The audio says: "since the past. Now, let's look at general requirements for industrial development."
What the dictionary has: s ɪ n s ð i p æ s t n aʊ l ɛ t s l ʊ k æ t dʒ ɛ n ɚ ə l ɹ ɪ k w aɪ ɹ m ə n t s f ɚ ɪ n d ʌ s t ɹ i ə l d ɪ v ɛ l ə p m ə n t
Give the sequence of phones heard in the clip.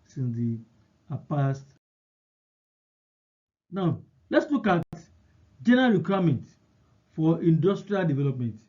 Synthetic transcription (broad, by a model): s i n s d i p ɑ s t n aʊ l ɛ t s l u k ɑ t dʒ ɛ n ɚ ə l ɹ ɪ k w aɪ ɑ m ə n t f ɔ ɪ n d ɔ s t ɹ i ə l d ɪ v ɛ l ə p m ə n t